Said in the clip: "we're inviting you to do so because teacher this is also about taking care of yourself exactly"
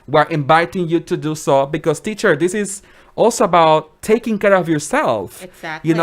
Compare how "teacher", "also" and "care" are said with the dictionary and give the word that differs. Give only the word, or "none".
none